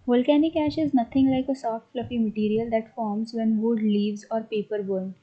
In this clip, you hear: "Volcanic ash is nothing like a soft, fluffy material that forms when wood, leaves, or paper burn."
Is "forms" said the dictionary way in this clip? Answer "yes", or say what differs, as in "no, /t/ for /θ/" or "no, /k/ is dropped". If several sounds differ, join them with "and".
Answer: yes